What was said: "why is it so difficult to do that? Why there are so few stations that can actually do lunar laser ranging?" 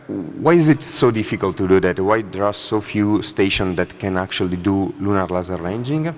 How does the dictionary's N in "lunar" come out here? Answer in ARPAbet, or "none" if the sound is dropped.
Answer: N